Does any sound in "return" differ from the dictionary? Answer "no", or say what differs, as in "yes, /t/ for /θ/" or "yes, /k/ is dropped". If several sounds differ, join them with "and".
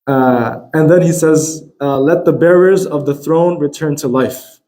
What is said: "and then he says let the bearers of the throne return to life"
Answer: no